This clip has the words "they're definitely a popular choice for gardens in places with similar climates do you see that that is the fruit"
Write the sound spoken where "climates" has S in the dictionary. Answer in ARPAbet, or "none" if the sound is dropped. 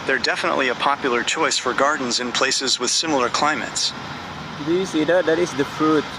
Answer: S